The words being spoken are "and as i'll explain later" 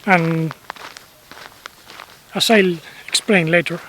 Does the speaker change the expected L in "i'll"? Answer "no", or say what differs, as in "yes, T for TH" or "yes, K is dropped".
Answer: no